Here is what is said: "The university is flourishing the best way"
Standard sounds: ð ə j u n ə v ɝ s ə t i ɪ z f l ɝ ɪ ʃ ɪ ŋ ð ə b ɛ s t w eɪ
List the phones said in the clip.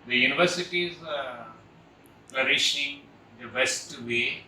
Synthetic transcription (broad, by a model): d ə j u n ə v ɝ s ə t i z p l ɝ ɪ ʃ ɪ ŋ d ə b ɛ s t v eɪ